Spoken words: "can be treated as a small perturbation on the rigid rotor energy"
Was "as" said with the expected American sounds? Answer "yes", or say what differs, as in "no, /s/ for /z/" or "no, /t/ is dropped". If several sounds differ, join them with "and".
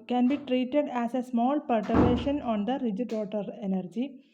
no, /s/ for /z/